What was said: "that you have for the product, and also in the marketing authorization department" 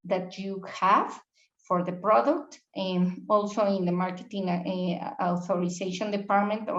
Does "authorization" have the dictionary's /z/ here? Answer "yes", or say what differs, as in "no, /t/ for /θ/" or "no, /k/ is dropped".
no, /s/ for /z/